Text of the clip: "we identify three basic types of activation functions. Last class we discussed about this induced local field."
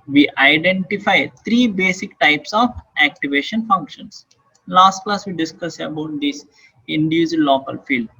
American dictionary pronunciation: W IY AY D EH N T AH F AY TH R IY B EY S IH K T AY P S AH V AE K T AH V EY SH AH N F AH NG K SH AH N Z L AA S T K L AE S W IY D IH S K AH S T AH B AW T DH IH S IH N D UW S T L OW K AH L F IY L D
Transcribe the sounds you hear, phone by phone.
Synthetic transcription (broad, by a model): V IY AY D EH N T AH F AY T R IY B EY S IH K T AY P S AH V AE K T AH V EY SH AH N F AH NG K SH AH N S L AA S T K L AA S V IY D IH S K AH S AH B AW T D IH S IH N D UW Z L OW K AH L F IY L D